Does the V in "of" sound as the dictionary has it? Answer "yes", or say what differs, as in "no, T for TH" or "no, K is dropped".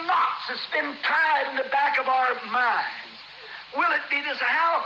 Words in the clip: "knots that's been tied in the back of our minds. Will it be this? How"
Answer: yes